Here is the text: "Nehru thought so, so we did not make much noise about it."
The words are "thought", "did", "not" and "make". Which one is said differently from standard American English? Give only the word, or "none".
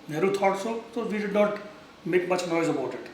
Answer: thought